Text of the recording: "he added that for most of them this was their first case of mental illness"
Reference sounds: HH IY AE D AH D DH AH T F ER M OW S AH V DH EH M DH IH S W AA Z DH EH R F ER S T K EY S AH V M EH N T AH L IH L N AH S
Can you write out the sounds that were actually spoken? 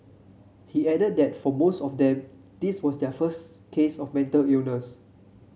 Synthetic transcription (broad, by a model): HH IY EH D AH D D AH T F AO M OW S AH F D EH M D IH S W AA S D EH F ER S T K EY S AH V M EH N T AH L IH N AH S